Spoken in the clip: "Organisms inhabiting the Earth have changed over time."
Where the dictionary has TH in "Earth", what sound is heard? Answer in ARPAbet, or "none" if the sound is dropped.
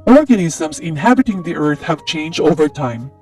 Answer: TH